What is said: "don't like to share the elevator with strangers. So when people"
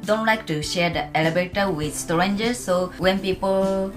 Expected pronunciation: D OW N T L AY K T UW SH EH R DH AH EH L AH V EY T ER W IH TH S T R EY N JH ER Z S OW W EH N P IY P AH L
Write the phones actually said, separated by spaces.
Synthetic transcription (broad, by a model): D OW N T L AY K T UW SH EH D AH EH L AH B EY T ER W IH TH S T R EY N JH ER S OW W EH N P IY P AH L